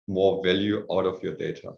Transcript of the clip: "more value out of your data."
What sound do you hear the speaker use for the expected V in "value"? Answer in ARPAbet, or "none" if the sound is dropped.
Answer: V